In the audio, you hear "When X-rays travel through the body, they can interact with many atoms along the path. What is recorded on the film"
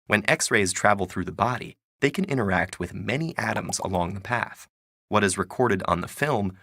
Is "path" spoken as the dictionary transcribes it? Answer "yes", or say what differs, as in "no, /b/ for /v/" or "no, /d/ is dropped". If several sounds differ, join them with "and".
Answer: yes